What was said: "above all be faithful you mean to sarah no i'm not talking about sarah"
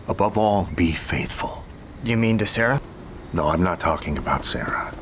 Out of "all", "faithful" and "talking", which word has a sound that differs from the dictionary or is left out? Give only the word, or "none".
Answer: none